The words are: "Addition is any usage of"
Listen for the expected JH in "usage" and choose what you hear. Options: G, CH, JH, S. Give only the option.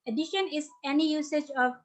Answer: JH